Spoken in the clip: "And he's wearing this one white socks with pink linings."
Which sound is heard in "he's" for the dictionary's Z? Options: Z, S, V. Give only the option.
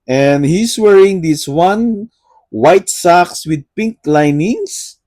S